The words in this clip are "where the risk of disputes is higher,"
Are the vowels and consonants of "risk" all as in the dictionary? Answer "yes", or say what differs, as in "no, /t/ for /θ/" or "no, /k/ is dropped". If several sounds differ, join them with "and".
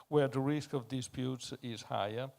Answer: yes